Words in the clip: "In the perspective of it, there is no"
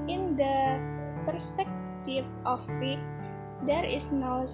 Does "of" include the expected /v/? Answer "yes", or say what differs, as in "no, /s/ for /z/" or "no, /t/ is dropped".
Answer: no, /w/ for /v/